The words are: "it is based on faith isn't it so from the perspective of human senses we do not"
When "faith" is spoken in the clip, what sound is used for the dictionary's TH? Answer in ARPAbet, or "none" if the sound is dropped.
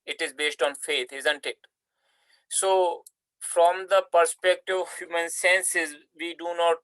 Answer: T